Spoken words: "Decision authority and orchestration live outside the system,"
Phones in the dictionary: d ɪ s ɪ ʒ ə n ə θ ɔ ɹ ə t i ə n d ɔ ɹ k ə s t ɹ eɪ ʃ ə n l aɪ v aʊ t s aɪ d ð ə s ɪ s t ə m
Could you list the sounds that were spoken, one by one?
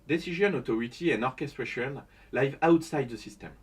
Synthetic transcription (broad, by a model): d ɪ s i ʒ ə n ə t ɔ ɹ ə t i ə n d ɔ ɹ k ə s t ɹ eɪ ʃ ə n l aɪ v aʊ t s aɪ d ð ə s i s t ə m